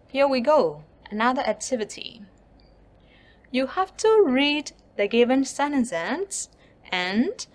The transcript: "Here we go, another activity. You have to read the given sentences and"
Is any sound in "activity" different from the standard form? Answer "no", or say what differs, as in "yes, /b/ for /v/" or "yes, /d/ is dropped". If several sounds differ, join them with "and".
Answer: no